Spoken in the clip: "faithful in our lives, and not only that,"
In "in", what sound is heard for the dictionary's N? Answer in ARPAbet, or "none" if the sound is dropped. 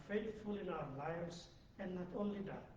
N